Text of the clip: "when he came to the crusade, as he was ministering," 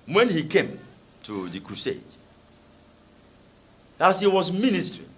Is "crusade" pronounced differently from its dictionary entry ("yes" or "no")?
no